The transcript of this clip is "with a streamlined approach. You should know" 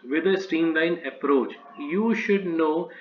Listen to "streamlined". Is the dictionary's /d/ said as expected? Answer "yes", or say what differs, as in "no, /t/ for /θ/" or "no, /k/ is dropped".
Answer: no, /d/ is dropped